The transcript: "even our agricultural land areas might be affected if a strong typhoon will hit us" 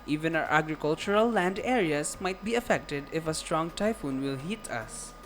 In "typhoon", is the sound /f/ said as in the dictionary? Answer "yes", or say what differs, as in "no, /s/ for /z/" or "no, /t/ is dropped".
yes